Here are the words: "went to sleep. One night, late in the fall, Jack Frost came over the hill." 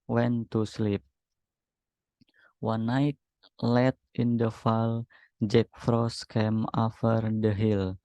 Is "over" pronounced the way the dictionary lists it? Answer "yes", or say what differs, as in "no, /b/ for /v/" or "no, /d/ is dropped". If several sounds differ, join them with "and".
no, /f/ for /v/